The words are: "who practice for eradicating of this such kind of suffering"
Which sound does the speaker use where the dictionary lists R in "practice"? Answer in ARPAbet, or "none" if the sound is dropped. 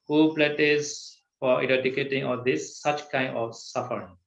L